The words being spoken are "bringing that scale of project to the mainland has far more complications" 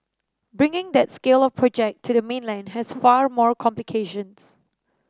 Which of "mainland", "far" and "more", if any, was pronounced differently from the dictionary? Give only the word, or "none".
none